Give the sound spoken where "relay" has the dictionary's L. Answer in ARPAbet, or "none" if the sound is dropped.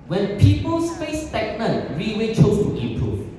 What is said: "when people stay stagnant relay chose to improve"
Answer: W